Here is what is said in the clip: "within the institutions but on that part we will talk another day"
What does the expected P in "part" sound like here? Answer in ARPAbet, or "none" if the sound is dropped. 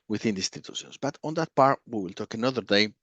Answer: P